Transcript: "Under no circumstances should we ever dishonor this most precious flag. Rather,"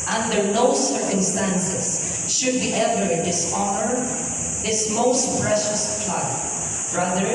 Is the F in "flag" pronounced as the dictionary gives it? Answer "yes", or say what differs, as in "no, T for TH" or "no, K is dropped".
no, P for F